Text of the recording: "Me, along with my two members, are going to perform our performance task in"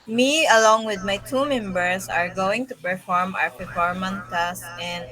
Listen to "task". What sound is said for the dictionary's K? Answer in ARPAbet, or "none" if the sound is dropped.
none